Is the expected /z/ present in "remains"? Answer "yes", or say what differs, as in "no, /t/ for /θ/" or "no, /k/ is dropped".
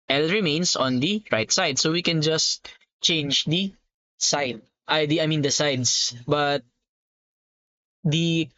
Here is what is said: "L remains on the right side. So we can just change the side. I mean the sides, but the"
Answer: no, /s/ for /z/